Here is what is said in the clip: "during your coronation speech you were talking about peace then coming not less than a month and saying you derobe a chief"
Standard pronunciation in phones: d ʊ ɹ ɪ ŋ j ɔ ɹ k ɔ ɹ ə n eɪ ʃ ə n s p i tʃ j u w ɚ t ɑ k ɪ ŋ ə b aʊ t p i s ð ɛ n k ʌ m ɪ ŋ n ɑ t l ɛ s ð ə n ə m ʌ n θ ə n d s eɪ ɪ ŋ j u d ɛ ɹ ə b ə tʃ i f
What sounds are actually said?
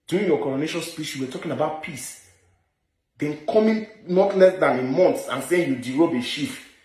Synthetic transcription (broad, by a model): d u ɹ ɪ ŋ j ɔ k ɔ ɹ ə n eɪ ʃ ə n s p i s j u w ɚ t ɑ k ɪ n ə b aʊ t p i s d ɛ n k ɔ m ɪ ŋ n ɑ t l ɛ s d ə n ə m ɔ n s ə n s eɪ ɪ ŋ j u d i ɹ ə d ə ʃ i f